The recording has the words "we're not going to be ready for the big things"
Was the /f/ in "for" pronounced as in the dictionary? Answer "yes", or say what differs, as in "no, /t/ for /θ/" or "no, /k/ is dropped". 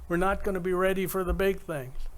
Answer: yes